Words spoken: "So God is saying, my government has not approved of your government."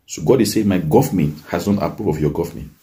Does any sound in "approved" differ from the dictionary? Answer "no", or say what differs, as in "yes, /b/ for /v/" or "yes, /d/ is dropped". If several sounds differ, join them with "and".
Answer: yes, /d/ is dropped